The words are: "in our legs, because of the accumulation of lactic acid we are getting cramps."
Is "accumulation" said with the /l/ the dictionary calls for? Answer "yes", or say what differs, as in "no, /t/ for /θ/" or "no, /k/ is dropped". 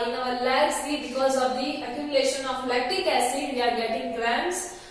no, /l/ is dropped